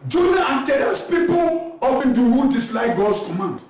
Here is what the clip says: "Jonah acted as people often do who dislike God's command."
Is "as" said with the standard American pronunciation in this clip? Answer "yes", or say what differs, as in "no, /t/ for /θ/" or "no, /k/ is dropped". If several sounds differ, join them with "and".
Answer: no, /s/ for /z/